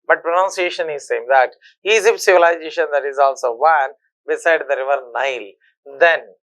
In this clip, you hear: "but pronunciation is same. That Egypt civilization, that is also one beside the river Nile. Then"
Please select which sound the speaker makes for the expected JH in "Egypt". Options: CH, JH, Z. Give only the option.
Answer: Z